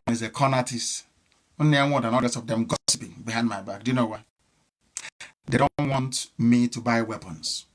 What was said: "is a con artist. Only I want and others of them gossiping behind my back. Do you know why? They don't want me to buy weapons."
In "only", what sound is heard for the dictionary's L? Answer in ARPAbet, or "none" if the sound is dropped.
none